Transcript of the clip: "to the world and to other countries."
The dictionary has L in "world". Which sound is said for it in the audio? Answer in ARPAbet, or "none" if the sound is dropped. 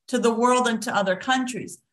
L